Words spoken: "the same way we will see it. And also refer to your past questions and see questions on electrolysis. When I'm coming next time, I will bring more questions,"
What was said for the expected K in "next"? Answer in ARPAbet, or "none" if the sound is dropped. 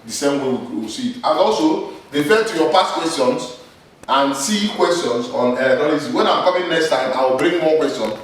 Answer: K